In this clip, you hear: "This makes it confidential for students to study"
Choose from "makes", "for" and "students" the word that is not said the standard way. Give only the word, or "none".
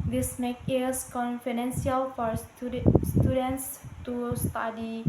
makes